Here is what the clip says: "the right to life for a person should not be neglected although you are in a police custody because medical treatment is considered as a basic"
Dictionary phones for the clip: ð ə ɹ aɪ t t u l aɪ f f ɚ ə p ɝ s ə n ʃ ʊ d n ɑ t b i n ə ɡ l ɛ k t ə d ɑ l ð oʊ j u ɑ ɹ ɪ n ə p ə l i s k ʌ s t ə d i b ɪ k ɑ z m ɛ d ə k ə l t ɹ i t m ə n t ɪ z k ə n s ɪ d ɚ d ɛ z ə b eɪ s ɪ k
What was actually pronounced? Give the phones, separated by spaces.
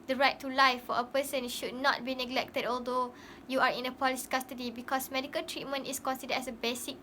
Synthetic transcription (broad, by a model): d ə ɹ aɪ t t u l aɪ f f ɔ ə p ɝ s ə n ʃ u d n ɑ t b i n ə ɡ l ɛ k t ə d ɑ l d oʊ j u ɑ ɹ ɪ n ə p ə l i s k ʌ s t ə d i b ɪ k ɑ s m ɛ d ə k ə l t ɹ i t m ə n t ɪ s k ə n s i d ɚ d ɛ s ə b eɪ s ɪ k